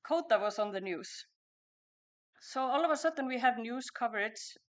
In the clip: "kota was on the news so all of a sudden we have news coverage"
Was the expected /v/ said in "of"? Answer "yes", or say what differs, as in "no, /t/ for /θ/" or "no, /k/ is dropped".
yes